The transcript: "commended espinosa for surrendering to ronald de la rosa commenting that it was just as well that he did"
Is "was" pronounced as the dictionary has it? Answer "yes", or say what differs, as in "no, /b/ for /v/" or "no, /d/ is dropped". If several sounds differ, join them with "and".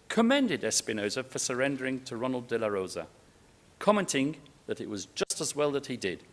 yes